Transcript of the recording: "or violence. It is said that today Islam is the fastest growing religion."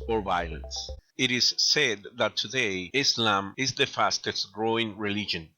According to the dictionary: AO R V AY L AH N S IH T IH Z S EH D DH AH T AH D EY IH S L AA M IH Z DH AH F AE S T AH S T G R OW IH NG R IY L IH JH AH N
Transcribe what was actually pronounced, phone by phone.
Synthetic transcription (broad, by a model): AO R V AY L AH N S IH T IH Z S EH D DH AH T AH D EY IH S L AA M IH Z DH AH F AE S T AH S T G R OW IH NG R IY L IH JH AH N